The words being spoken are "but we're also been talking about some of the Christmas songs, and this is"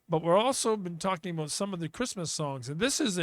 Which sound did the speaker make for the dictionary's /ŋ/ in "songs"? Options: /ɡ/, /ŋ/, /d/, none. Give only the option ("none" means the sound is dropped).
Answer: /ŋ/